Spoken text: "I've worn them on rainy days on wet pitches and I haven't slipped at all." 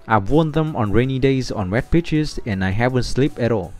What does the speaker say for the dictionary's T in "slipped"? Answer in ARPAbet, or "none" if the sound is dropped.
none